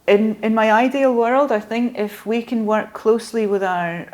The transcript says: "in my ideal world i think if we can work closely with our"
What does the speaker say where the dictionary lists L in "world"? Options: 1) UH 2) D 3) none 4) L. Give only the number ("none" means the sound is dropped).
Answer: 4